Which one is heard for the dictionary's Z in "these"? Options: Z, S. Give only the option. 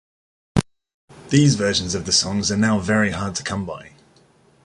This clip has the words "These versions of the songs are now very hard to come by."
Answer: Z